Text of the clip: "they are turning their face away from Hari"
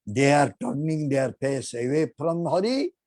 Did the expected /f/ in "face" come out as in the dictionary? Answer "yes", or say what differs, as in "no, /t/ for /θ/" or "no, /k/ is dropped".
no, /p/ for /f/